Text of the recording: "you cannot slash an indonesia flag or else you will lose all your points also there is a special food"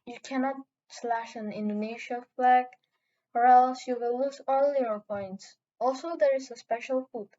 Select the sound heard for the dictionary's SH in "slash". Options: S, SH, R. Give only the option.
SH